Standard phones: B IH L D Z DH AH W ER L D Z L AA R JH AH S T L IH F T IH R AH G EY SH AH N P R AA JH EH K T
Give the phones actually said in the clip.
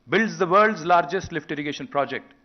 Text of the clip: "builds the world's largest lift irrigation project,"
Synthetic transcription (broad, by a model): B IH L D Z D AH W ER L D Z L AA R JH AH S T L IH F T IH R AH G EY SH AH N P R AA JH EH K T